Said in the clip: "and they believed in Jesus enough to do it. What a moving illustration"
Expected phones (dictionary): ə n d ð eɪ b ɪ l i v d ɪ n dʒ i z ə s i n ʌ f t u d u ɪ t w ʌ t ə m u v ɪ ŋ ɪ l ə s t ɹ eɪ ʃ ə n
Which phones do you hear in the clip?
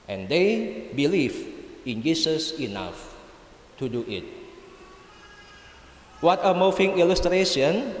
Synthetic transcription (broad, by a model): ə n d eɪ b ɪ l i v ɪ n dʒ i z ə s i n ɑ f t u d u ɪ t w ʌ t ə m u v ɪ ŋ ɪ l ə s t ɹ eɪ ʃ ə n